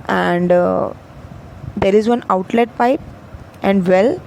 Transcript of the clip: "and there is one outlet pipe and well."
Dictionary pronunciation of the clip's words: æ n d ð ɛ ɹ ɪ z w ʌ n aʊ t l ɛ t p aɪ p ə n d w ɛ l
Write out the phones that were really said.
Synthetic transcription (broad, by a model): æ n d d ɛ ɹ ɪ z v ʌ n aʊ t l ɛ t p aɪ p ə n d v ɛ l